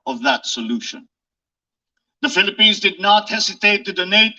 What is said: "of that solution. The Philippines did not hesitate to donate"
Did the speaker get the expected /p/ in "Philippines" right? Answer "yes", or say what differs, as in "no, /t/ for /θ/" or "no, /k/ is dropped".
yes